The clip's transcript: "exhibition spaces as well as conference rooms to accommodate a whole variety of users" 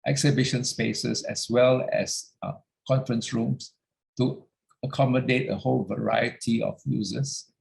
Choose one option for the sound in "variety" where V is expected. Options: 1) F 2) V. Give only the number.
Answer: 2